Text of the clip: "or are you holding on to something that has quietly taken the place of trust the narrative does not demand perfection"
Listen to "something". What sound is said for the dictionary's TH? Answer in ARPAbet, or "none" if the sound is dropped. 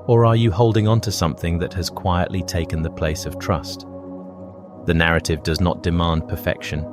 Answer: TH